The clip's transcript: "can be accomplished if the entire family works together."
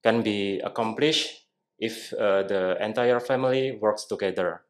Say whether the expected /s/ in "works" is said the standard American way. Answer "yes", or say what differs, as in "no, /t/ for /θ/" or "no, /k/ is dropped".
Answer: yes